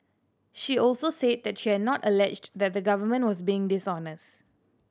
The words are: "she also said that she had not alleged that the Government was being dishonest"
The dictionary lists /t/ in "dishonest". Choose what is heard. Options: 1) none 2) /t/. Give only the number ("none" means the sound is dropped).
2